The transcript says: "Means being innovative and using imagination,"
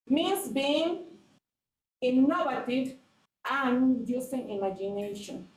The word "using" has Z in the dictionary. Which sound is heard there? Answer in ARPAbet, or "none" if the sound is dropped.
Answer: S